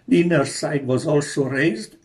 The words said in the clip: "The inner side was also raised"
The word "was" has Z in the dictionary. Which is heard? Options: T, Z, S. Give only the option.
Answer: Z